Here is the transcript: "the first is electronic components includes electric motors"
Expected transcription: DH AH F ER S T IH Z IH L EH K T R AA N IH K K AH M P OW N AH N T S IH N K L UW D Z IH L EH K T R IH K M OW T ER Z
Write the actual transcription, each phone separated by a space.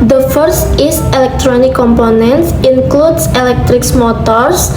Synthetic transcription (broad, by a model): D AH F ER S T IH S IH L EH K T R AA N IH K K AH M P OW N AH N T S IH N K L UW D S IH L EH K T R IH K M OW T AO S